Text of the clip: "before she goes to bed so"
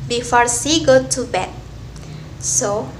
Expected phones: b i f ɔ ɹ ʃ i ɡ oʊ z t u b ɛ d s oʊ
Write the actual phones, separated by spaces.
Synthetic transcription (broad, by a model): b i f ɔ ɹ s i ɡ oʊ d t u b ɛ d s oʊ